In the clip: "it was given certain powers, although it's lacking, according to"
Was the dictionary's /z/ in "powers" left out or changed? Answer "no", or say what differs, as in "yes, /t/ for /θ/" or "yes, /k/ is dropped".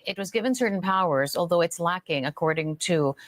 no